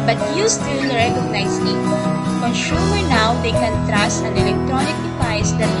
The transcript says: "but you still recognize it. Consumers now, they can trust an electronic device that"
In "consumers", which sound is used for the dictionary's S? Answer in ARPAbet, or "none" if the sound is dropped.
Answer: SH